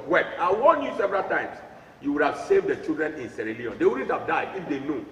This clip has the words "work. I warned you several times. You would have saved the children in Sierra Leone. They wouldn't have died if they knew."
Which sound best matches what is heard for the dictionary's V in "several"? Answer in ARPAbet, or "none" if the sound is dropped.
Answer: V